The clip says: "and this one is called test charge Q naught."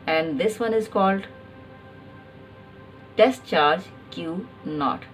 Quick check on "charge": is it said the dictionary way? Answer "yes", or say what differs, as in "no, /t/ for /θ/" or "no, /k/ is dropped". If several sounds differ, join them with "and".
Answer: yes